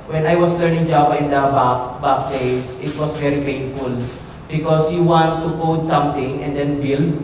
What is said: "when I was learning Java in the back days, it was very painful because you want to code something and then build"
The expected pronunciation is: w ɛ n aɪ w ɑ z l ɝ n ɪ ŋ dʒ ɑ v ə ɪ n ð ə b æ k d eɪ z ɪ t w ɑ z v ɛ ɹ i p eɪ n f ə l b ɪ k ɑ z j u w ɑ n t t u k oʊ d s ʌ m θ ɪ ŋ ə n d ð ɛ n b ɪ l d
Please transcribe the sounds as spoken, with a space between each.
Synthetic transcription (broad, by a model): w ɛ n aɪ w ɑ s l ɝ n ɪ ŋ dʒ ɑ b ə ɪ n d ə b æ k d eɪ s ɪ t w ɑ s v ɛ ɹ i p eɪ n f ə l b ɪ k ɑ s j u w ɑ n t t u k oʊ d s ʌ m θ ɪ ŋ ə n d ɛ n b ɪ l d